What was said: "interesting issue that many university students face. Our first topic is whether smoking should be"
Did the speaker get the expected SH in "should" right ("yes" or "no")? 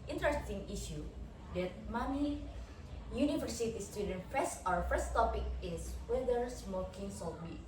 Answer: no